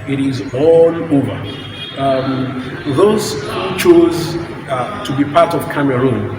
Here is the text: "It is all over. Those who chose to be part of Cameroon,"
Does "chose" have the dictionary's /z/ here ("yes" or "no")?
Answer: yes